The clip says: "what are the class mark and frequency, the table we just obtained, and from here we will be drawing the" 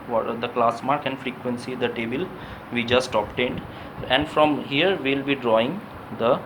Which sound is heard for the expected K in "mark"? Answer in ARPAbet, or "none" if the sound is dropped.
K